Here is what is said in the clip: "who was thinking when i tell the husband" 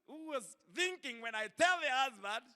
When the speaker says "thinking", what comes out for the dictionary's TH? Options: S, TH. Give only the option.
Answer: TH